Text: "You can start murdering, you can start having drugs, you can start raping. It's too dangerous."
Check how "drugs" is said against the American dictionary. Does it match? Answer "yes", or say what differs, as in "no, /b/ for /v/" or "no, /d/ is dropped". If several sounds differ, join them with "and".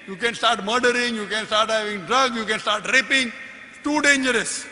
no, /z/ is dropped